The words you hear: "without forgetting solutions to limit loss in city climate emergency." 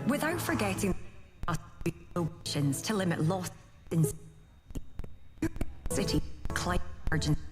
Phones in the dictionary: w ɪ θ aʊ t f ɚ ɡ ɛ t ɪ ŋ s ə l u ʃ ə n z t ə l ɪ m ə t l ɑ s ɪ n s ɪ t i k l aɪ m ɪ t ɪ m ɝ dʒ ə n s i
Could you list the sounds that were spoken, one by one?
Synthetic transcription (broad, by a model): w ɪ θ aʊ t f ɚ ɡ ɛ t ɪ ŋ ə ɔ ʃ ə n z t ə l ɪ m ə t l ɑ s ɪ n s ɪ t i k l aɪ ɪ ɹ dʒ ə n